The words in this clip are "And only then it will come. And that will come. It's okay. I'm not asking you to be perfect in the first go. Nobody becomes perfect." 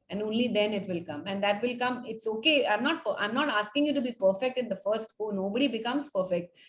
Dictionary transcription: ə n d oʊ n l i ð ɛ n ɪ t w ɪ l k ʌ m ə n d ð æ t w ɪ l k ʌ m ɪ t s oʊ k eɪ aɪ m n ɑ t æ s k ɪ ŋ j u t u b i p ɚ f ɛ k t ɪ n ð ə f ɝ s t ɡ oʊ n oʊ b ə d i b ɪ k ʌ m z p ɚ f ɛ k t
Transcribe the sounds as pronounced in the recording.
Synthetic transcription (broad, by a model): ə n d oʊ n l i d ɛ n ɪ t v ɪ l k ʌ m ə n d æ t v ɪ l k ʌ m ɪ t s oʊ k eɪ aɪ m n ɑ t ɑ s k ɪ ŋ j u t u b i p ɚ f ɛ k t ɪ n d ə f ɝ s t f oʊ n oʊ b ə d i b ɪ k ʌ m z p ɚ f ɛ k t